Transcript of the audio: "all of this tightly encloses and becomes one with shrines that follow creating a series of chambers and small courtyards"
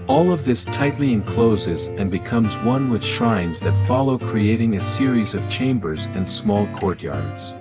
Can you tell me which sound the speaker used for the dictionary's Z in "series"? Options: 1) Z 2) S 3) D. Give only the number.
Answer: 1